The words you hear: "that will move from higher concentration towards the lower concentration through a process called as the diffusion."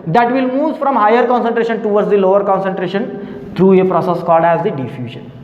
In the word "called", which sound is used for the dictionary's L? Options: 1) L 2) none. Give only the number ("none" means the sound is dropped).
2